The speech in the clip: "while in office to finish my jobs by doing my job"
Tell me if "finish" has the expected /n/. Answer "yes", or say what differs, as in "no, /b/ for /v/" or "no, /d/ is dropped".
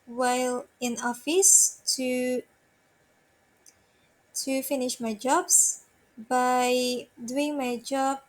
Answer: yes